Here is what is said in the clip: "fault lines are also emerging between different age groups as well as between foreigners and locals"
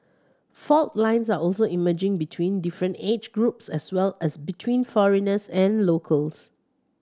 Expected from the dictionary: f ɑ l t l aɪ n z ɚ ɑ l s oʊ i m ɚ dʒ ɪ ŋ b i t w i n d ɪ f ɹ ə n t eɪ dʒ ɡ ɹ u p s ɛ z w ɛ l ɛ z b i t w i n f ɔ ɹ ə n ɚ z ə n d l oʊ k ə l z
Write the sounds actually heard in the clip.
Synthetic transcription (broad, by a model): f ɑ l t l aɪ n s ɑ ɑ l s oʊ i m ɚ dʒ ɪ ŋ b i t w i n d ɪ f ɹ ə n t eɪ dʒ ɡ ɹ u p s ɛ s w ɛ l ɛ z b i t w i n f ɔ ɹ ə n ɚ s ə n l oʊ k ə l s